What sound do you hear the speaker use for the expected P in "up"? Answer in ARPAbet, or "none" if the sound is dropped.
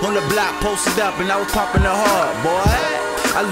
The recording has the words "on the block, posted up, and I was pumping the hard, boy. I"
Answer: P